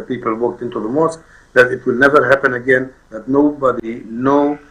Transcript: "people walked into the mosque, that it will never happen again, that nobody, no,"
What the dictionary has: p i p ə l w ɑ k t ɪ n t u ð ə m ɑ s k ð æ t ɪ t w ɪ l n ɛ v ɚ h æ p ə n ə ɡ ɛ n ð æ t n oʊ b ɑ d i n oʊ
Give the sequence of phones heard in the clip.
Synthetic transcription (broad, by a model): p i p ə l w ɑ k t ɪ n t u ð ə m ɑ s k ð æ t ɪ t w ɪ l n ɛ v ɚ h æ p ə n ə ɡ ɛ n ð æ t n oʊ b ɑ d i n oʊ